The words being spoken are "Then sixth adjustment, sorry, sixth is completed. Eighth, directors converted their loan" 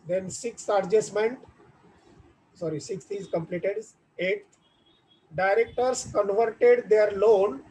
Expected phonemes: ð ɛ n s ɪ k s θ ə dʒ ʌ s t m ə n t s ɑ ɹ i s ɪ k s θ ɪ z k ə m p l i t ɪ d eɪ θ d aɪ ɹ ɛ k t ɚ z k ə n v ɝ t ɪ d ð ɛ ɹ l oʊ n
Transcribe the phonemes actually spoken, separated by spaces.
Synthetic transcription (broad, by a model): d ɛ n s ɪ k s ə dʒ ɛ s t m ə n t s ɑ ɹ i s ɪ k s t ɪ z k ə m p l i t ɪ d eɪ t d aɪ ɹ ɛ k t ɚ s k ə n v ɝ t ɪ d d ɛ ɹ l oʊ n